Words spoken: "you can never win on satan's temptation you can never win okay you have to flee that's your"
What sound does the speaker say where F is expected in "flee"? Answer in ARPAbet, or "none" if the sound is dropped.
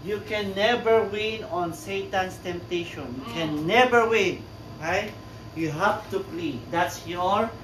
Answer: P